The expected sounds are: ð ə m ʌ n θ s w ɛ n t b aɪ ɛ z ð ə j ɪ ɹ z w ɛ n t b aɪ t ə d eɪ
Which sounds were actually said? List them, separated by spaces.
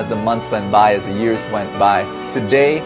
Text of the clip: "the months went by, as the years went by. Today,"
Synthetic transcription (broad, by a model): ð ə m ʌ n θ s w ɛ n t b aɪ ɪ z ð ə j ɪ ɹ z w ɛ n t b aɪ t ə d eɪ